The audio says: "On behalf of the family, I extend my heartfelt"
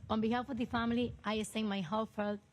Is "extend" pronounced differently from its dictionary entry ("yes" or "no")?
yes